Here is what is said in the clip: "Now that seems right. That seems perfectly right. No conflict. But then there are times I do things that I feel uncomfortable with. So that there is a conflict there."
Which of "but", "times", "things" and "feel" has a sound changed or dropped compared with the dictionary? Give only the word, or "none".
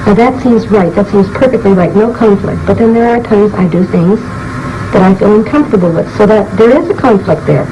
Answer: none